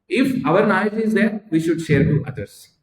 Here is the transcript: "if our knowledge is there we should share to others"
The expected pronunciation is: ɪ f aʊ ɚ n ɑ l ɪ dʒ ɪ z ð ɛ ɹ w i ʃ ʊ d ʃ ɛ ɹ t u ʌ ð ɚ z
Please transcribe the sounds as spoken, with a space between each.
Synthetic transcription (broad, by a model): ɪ f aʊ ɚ n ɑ ɪ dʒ ɪ z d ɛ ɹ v i ʃ ʊ d ʃ ɛ ɹ t u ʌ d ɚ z